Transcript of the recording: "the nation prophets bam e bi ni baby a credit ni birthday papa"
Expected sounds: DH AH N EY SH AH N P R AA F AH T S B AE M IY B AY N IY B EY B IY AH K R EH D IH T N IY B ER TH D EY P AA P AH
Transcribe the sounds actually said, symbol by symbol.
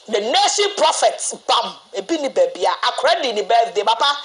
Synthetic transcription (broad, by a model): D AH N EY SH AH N P R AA F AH T B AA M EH B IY N IY B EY B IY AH K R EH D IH N IY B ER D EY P AA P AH